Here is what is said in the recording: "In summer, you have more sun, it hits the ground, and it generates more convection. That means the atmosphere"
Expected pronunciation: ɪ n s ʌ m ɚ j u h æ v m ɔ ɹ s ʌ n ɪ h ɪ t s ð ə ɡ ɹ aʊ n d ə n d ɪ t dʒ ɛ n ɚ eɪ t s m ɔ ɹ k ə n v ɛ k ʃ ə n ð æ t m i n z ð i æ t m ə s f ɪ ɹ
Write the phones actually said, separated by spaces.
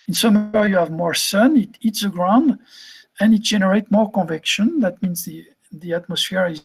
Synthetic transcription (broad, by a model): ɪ n s ʌ m ɚ j u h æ v m ɔ ɹ s ʌ n ɪ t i t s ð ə ɡ ɹ aʊ n d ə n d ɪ t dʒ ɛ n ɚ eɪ t m ɔ ɹ k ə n v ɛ k ʃ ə n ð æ t m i n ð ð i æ t m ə s f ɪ ɹ